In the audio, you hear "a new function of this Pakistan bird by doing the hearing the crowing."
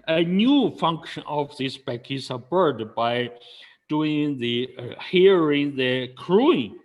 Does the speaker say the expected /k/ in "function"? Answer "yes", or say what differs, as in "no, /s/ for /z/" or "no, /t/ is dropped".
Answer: yes